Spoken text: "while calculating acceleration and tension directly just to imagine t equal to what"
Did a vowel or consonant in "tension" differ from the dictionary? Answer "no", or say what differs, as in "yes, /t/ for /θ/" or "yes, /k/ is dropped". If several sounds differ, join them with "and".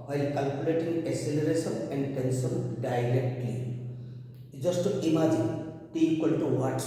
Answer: yes, /s/ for /ʃ/